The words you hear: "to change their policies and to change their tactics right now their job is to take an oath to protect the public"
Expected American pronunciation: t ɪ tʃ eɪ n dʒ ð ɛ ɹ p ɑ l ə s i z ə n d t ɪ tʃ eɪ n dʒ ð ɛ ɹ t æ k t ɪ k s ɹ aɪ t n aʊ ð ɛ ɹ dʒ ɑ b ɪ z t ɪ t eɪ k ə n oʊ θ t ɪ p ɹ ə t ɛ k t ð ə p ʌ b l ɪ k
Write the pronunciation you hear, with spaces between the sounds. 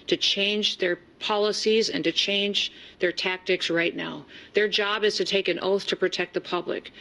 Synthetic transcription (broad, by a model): t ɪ tʃ eɪ n dʒ ð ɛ ɹ p ɑ l ə s i z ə n t ɪ tʃ eɪ n dʒ ð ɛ ɹ t æ k t ɪ k s ɹ aɪ t n aʊ ð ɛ ɹ dʒ ɑ b ɪ z t ɪ t eɪ k ə n oʊ θ t ɪ p ɹ ə t ɛ k t ð ə p ʌ b l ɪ k